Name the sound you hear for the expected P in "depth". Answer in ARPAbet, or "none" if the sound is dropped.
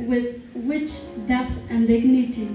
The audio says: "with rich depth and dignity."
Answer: none